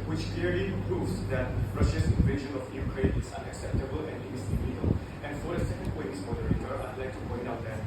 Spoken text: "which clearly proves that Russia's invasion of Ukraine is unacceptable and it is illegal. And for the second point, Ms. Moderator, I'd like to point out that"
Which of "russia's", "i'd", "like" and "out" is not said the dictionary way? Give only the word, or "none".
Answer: russia's